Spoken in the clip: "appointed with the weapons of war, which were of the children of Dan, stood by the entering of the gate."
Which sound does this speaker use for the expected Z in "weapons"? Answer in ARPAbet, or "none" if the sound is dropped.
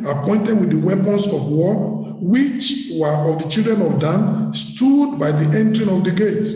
S